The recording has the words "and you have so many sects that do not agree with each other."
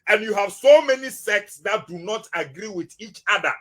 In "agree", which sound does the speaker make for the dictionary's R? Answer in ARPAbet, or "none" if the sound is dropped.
R